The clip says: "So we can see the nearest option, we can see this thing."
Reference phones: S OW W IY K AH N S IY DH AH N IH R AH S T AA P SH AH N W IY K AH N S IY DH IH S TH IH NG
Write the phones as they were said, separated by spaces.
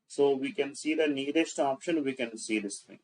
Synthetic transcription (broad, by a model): S OW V IY K AH N S IY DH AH N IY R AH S T AA P SH AH N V IY K AH N S IY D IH S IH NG